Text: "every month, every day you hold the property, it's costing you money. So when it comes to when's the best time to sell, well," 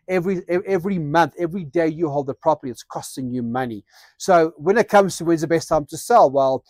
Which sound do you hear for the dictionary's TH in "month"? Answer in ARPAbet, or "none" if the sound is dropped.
TH